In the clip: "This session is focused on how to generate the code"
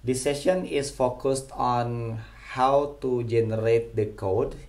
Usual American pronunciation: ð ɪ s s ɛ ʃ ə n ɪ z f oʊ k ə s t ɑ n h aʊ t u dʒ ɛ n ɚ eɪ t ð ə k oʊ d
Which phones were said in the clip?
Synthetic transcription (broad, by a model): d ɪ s s ɛ ʃ ə n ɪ s f oʊ k ə s t ɑ n h aʊ t u dʒ ɛ n ɚ eɪ t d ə k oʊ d